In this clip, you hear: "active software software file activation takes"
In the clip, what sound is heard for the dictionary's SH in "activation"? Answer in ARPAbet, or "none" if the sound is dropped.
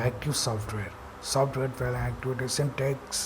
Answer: S